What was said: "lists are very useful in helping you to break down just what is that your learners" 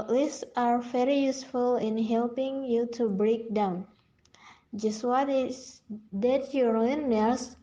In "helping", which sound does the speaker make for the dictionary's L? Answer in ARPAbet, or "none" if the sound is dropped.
L